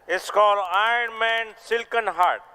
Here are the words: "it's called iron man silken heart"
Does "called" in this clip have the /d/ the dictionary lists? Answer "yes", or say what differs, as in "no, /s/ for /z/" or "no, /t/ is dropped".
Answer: no, /d/ is dropped